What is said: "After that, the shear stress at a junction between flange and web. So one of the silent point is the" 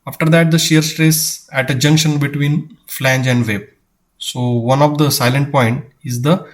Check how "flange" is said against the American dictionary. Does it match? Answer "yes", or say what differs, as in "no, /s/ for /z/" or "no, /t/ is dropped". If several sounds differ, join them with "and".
yes